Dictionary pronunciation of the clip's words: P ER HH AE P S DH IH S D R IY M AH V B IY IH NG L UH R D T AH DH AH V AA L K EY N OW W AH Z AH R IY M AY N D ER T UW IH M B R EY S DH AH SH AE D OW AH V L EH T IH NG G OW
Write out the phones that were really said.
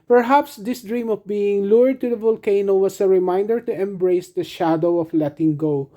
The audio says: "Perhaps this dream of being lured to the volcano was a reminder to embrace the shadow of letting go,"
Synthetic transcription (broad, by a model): P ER HH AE P S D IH S D R IY M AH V B IY IH NG L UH R D T AH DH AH V AA L K EY N OW W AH S AH R IY M AY N D ER T UW IH M B R EY S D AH SH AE D OW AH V L EH T IH NG G OW